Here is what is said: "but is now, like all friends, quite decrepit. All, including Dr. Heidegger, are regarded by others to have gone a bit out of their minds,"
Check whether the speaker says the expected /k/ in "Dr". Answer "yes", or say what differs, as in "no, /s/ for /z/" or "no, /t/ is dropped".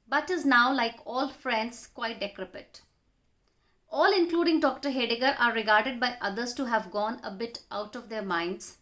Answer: yes